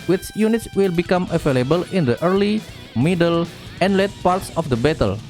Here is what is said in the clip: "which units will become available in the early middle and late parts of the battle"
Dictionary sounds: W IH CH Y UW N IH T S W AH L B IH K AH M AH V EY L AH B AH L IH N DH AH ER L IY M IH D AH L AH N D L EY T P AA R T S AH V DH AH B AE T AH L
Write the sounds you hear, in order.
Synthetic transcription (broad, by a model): W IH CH Y UW N IH T S W AH L B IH K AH M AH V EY L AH B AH L IH N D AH ER L IY M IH D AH L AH N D L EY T P AA R T S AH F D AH B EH T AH L